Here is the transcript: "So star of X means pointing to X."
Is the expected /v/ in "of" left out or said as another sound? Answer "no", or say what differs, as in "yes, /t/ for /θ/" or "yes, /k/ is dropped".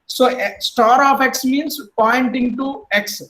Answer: yes, /p/ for /v/